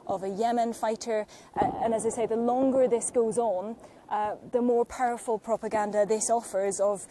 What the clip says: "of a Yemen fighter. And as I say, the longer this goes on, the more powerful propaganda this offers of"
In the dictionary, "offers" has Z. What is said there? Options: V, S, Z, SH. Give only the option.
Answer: Z